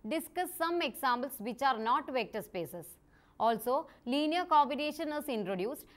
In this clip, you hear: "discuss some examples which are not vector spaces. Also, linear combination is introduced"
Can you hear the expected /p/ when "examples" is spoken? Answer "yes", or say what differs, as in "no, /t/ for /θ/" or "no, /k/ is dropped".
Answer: no, /b/ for /p/